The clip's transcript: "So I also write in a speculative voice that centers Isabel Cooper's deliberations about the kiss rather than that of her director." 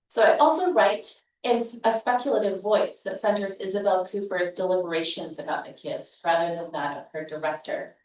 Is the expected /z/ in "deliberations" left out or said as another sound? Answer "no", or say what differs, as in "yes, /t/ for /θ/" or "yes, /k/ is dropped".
no